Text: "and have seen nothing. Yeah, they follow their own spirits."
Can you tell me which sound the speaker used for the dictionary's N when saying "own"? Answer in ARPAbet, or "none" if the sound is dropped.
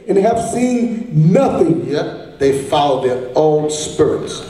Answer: L